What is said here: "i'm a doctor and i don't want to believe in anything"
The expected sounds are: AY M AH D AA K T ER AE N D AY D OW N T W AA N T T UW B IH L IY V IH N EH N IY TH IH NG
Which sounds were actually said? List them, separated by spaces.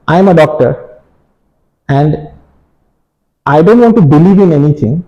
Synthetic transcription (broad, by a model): AY M AH D AA K T ER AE N D AY D OW N T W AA N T T UW B IH L IY V IH N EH N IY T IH NG